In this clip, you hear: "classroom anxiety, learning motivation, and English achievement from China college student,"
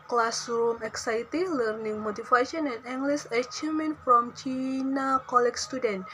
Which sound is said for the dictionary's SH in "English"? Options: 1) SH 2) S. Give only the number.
2